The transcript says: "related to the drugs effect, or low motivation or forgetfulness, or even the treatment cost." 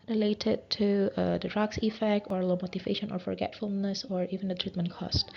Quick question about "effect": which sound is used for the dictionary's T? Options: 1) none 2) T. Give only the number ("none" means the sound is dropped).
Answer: 2